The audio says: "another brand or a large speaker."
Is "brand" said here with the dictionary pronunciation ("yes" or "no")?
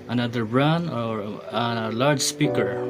no